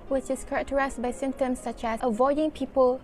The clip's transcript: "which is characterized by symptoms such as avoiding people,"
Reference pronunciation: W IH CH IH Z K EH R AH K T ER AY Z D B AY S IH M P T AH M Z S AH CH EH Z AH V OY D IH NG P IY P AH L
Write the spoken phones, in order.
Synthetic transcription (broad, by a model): W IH CH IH S K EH R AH K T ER AY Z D B AY S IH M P T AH M S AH CH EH S AH V OY D IH NG P IY P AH L